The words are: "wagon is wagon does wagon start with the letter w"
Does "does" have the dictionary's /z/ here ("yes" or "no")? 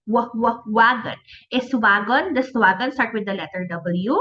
no